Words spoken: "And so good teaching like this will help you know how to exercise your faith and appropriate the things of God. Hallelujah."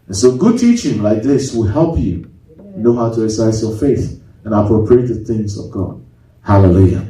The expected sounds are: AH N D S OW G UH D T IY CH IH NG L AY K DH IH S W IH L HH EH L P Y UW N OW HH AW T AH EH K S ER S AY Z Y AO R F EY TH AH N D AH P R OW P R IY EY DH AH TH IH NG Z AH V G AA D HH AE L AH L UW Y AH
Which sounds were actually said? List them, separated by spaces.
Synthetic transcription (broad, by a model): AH N S OW G UH D T IY CH IH NG L AY K DH IH S W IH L HH EH L P Y UW N OW HH AW T AH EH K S S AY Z Y AO R F EY TH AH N AH P R OW P R IY EY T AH TH IH NG Z AH V G AA D HH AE L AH L UW Y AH